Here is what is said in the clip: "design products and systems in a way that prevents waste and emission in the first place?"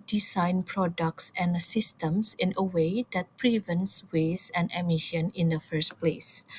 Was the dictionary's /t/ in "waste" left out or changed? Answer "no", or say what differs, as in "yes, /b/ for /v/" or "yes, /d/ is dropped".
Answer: yes, /t/ is dropped